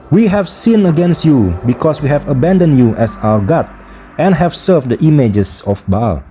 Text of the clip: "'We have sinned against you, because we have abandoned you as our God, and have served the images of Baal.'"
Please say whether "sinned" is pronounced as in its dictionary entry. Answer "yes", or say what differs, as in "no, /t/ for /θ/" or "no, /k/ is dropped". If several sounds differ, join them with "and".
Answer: no, /d/ is dropped